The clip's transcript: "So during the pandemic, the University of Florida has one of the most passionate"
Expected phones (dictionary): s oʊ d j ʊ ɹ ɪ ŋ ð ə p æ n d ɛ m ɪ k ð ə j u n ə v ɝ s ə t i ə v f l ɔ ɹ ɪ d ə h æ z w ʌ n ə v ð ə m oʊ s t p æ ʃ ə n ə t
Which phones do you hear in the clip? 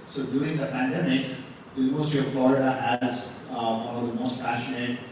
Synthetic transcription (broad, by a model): s oʊ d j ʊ ɹ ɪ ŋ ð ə p æ n d ɛ m ɪ k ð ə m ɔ ə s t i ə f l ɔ ɹ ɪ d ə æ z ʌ ə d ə m oʊ s t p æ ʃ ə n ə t